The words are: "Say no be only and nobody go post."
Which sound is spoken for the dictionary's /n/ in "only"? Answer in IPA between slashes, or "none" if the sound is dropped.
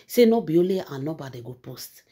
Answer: none